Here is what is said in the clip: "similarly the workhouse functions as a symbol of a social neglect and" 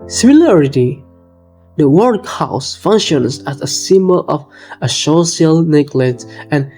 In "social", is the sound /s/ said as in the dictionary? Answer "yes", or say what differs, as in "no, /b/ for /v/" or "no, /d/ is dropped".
no, /ʃ/ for /s/